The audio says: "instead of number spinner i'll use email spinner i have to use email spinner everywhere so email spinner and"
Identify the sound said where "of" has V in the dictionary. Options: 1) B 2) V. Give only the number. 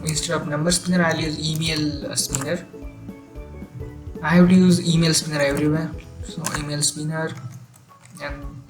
1